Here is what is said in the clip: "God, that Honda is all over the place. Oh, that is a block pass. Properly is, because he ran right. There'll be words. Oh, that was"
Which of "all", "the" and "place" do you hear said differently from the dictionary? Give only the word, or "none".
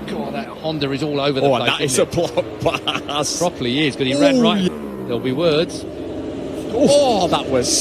place